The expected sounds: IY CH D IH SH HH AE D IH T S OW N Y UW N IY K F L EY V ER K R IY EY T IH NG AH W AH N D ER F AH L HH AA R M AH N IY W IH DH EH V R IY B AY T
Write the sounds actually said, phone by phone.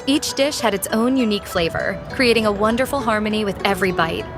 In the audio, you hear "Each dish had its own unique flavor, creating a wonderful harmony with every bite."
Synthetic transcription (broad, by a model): IY CH D IH SH HH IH D IH T S OW N Y UW N IY K F L EY V ER K R IY EY T IH NG AH W AH N D ER F L HH AA R M AH N IY W IH DH EH V R IY B AY T